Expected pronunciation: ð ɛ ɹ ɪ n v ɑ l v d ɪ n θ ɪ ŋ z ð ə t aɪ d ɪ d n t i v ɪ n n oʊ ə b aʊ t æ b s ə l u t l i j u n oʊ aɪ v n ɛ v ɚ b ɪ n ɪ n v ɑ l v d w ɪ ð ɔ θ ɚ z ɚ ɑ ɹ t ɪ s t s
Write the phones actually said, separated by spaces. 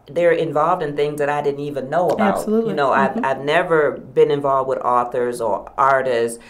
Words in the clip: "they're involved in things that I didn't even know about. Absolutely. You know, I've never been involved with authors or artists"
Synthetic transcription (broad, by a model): ð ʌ ɹ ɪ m v ɑ l v d ɪ n θ ɪ ŋ z ð ə t aɪ d ɪ d n t i v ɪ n n oʊ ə ʌ b ə ʊ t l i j n oʊ aɪ v n ɛ v ɚ b ɪ n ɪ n v ɑ l v d w ɪ ð ɔ θ ɚ z ɚ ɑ ɹ t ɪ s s